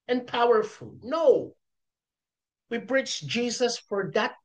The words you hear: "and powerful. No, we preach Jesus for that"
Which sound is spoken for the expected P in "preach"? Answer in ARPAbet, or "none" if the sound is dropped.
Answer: B